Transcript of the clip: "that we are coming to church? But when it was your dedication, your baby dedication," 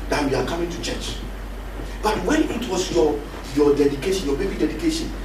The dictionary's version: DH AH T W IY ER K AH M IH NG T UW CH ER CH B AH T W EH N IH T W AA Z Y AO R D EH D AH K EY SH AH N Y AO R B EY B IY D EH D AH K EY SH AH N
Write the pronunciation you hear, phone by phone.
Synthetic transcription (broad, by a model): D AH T W IY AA K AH M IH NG T UW CH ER CH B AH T W EH N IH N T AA S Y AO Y D EH D AH K EY SH AH N Y AO B EY B IY D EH D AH K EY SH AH N